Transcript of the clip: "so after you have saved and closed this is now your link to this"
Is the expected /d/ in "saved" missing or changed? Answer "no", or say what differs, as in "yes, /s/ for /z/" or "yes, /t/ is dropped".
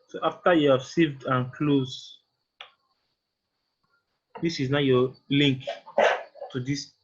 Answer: no